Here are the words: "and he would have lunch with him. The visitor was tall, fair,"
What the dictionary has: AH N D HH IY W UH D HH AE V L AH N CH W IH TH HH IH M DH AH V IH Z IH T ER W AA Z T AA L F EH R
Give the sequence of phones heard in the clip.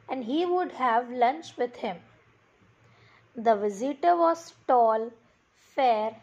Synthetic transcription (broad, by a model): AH N D HH IY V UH D HH AE V L AH N CH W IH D HH IH M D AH V IH Z IH T ER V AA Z T AA L F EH R